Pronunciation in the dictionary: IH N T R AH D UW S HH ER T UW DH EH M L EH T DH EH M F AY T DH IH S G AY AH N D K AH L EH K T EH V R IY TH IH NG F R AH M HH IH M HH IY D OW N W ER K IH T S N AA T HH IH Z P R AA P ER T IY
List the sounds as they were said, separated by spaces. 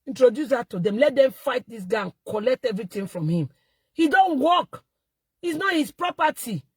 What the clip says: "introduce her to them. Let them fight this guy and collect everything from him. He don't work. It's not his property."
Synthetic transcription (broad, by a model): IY N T R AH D UW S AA T UW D EH M L EH T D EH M F AY T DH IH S G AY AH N K AH L EH K T EH V R IY T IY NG F R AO M HH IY M HH IY D OW N W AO K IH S N AA T HH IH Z P R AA P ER T IY